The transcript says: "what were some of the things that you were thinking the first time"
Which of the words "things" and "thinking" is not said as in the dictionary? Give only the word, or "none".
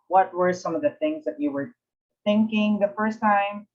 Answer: none